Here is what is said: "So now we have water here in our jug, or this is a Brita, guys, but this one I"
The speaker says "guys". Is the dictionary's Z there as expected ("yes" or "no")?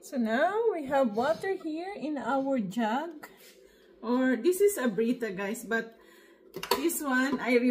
no